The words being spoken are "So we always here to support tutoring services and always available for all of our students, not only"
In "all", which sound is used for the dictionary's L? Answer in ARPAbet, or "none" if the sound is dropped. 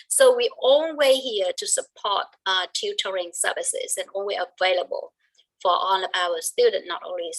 N